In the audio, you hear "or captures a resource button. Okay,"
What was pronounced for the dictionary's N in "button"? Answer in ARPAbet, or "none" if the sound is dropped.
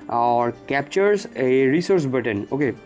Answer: N